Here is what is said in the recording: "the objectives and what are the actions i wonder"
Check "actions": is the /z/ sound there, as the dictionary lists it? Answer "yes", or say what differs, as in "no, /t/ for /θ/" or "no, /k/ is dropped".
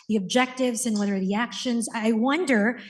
yes